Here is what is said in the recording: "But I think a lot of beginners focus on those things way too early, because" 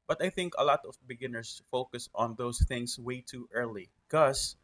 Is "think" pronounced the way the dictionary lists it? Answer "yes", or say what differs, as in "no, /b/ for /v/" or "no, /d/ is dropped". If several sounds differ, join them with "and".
yes